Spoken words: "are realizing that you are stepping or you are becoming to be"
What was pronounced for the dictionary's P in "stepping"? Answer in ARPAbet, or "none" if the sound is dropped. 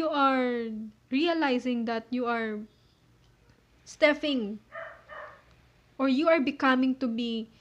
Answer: F